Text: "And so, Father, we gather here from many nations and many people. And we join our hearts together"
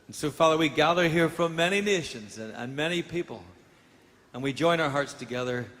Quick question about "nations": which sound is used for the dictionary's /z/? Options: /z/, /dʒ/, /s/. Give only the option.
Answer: /z/